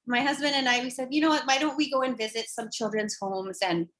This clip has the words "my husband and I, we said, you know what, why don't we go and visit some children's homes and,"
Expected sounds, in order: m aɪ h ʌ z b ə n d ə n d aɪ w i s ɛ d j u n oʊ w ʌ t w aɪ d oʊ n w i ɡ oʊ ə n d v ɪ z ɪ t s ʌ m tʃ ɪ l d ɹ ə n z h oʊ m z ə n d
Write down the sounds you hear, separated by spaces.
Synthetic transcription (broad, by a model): m aɪ h ʌ z b ə n d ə n aɪ w i s ɛ d j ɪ n oʊ w ʌ t w aɪ d oʊ n w i ɡ oʊ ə n v ɪ z ɪ t s ʌ m tʃ ɪ l d ɹ ə n z h oʊ m z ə n